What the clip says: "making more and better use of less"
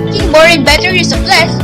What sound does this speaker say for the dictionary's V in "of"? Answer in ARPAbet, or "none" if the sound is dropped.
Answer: P